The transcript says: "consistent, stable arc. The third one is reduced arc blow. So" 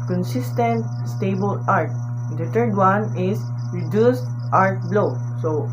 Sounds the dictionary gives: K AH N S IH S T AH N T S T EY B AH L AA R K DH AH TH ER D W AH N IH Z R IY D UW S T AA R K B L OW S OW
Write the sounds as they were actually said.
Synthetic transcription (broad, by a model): K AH N S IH S T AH N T S T EY B AH L AA R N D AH T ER D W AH N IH S R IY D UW S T AA R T B L OW S OW